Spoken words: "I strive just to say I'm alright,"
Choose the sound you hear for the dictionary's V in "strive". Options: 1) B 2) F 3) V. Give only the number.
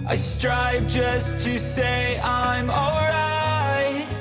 3